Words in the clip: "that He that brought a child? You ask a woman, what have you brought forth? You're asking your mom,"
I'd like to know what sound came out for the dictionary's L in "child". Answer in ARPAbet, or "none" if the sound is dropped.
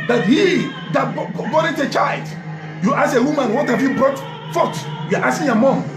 L